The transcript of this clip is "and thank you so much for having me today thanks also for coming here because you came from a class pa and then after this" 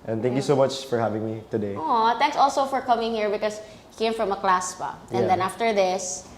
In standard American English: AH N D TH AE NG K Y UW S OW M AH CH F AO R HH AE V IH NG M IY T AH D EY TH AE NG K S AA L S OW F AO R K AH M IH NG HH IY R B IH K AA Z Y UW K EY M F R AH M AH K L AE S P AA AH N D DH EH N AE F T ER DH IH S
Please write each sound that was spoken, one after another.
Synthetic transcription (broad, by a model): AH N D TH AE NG K Y UW S OW M AH CH F AO R HH AE V IH NG M IY T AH D EY T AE NG K S AA L S OW F AO R K AH M IH NG HH IY R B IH K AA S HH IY K EY M F R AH M AH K L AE S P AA AH N D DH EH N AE F T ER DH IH S